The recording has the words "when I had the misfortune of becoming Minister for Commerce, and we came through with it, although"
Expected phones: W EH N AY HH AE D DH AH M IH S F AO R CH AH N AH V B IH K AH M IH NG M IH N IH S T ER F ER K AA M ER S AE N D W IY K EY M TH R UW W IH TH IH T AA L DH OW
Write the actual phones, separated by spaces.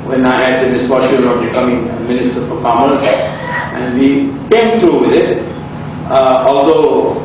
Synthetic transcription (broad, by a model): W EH N AY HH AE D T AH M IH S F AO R SH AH AH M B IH K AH M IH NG M IH N IH S T ER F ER K AA M ER S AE N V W IY K EY M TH R UW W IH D IH T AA L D OW